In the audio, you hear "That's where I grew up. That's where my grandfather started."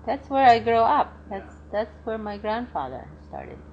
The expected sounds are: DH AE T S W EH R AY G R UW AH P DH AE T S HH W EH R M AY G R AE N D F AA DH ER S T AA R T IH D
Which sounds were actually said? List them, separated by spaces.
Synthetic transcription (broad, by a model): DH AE T S W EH R AY G R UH AH P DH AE T S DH W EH R M AY G R AE N D F AA DH ER S T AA R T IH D